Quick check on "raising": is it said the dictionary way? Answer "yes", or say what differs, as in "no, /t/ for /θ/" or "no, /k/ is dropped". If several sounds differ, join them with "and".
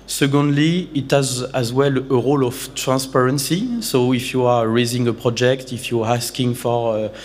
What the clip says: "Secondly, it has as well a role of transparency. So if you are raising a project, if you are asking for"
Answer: yes